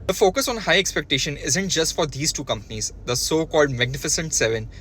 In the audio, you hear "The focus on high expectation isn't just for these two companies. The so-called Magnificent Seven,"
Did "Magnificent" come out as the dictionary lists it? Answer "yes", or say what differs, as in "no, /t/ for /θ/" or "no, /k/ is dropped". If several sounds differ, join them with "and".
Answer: yes